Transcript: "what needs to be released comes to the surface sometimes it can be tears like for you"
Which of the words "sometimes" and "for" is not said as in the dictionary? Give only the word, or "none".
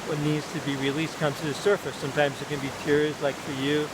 none